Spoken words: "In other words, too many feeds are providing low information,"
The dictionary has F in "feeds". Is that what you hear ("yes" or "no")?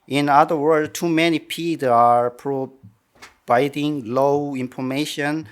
no